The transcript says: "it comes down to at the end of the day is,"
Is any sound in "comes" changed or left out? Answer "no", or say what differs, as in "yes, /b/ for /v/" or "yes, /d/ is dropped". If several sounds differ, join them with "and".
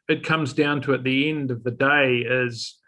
no